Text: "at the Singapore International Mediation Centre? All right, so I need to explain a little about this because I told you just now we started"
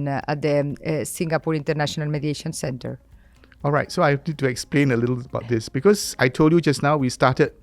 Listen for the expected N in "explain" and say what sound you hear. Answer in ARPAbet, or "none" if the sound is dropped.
N